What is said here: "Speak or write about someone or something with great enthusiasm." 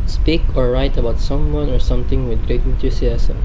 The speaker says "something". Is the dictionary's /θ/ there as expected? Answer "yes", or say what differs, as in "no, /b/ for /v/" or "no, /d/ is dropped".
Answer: no, /t/ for /θ/